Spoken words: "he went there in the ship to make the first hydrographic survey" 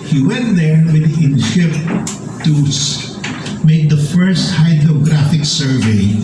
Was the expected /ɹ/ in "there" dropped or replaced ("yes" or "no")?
yes